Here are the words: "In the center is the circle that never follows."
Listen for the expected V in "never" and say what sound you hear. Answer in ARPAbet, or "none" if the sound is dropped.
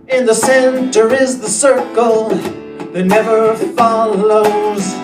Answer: V